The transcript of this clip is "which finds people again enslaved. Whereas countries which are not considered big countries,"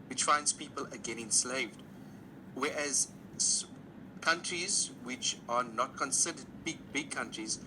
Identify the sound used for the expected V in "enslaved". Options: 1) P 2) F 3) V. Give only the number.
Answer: 3